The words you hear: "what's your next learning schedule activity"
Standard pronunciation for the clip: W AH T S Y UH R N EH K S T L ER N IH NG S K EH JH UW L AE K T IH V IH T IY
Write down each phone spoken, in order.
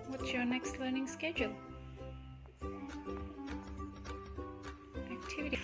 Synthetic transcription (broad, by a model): W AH T S Y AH R N EH K S T L ER N IH NG S K EH JH UW L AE K T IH V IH T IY